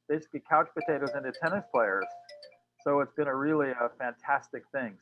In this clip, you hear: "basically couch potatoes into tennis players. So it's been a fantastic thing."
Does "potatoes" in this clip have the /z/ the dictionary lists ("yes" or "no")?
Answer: yes